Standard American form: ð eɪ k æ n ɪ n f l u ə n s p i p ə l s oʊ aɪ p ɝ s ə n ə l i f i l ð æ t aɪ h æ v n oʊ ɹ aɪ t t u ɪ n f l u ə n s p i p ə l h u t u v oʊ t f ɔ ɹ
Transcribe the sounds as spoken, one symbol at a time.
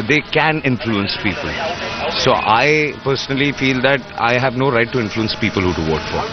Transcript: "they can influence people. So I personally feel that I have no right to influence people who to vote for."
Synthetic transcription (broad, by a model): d eɪ k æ n ɪ n f l u ə n s p i p ə l s oʊ aɪ p ɝ s ə n ə l i f i l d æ t aɪ h æ v n oʊ ɹ aɪ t t u ɪ n f l u ə n s p i p ə l h u t u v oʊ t f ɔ ɹ